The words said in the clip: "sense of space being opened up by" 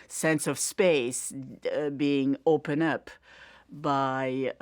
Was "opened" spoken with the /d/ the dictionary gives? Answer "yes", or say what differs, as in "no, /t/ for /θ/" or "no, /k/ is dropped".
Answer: no, /d/ is dropped